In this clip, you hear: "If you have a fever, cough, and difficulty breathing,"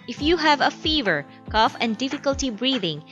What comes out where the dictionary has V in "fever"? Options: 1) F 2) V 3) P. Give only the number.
2